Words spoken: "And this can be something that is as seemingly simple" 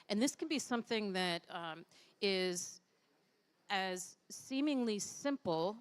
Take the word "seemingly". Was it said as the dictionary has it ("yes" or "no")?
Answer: yes